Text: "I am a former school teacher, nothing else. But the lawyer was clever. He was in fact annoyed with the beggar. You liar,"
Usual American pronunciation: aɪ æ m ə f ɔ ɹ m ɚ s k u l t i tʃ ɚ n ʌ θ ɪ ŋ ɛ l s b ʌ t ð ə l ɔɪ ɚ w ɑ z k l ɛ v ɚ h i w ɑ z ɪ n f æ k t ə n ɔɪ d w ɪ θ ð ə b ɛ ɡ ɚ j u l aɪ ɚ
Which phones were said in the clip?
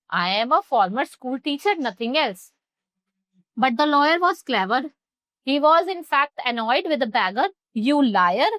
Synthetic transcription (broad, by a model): aɪ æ m ə f ɔ ɹ m ɚ s k u l t i tʃ ɚ n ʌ t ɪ ŋ ɛ l s b ʌ t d ə l ɔɪ ɚ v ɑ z k l ɛ v ɚ h i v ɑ z ɪ n f æ k t ə n ɔɪ d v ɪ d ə b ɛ ɡ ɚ j u l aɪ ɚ